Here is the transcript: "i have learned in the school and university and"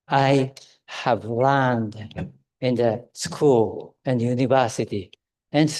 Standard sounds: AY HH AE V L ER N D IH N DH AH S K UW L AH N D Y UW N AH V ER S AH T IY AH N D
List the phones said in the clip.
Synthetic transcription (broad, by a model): AY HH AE V L ER N D IH N DH AH S K UW L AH N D Y UW N AH V ER S AH T IY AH N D